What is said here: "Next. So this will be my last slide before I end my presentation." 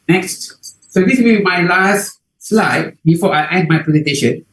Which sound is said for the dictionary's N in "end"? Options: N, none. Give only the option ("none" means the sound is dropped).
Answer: none